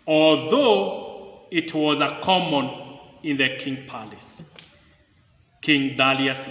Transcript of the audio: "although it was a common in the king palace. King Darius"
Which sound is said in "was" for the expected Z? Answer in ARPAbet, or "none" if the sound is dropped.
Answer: Z